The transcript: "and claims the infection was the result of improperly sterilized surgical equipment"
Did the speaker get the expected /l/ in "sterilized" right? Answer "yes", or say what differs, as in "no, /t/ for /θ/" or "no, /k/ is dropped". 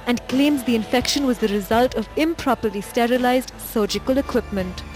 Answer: yes